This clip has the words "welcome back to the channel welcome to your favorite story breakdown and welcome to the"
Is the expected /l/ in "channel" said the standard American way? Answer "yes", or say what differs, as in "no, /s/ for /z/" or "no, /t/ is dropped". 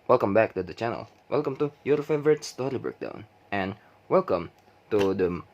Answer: yes